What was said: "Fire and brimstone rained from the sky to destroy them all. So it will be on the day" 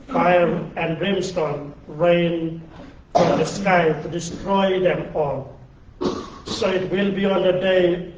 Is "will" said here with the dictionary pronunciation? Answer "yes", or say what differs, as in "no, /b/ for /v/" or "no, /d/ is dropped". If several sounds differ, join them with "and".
yes